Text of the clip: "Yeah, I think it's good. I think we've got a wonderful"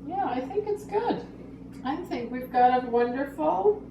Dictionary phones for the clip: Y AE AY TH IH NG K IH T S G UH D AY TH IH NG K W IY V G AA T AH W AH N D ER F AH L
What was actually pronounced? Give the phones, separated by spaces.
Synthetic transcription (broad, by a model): Y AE AY TH IH NG K IH T S G UH D AY TH IH NG K W IY V G AA T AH W AH N D ER F L